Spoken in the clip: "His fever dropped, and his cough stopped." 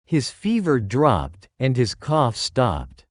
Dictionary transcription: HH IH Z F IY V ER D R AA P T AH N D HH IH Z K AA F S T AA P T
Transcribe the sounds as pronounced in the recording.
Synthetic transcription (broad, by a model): HH IH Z F IY V ER D R AA P T AH N D IH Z K AA F S T AA P T